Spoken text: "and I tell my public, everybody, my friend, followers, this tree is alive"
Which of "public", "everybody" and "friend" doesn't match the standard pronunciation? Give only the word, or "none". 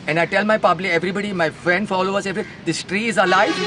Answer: public